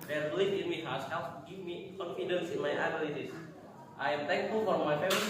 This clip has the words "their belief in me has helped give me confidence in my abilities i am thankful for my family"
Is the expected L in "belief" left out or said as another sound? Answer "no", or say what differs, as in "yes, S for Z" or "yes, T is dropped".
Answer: yes, L is dropped